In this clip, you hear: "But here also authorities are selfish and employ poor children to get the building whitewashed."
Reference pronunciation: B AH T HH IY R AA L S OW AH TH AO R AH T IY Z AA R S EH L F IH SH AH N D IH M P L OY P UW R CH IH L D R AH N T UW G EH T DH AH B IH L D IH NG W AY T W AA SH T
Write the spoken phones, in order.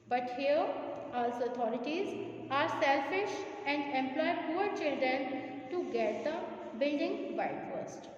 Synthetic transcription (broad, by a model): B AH T HH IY R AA L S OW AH T AO R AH T IY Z AA R S EH L F IH SH AH N D IH M P L OY P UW R CH IH L D R AH N T UW G EH T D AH B IH L D IH NG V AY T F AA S T